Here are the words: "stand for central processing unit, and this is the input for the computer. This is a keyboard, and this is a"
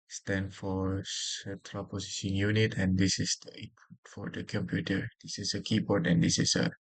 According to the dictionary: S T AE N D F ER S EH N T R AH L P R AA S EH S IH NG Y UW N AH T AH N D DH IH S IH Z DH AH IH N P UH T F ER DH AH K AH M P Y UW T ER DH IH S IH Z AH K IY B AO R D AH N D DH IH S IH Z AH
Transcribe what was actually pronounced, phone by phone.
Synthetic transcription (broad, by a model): S T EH N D F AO S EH T R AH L P AA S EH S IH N Y UW N AH T AH N D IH S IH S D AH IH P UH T F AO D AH K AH M P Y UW T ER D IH S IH S AH K IY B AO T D AH N D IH S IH S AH